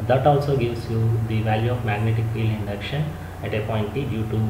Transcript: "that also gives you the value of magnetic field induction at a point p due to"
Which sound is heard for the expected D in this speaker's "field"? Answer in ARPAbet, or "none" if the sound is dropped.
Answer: none